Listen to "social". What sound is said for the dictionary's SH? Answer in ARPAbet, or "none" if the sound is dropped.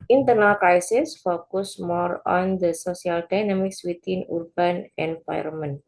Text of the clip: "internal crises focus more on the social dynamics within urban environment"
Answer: S